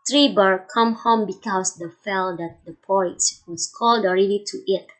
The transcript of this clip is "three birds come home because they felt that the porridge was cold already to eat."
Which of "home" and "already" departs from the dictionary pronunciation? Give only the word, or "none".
none